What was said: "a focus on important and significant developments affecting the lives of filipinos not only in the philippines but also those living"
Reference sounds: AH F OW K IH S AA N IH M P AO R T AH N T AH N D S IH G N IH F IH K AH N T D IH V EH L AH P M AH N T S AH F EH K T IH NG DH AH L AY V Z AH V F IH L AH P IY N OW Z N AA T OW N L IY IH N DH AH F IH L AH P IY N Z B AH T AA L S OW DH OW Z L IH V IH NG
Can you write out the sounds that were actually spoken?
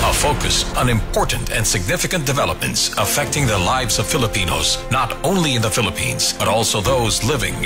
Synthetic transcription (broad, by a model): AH F OW K IH S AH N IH M P AO R T N T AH N S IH G N IH F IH K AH N D IH V EH L AH P M AH N T S AH F EH K T IH NG DH AH L AY V Z AH V F IH L AH P IY N OW Z N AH T OW N L IY IH N DH AH F IH L AH P IY N Z B AH T AA L S OW DH OW Z L IH V IH NG